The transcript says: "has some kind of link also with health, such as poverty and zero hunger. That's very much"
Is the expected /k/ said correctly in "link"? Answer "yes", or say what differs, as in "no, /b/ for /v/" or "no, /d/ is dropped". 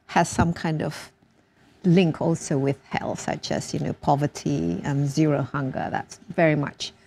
yes